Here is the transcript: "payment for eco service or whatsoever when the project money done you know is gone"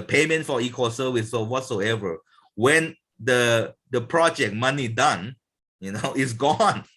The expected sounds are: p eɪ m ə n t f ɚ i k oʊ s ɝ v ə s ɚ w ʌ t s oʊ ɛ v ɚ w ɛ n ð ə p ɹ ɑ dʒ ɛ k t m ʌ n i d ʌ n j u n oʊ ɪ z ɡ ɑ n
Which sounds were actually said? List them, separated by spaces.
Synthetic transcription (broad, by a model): p eɪ m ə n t f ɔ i k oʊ s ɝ w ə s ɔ w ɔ t s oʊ ɛ v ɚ w ɛ n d ə p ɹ ɑ dʒ ɛ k m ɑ n i d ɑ n j u n oʊ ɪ s ɡ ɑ n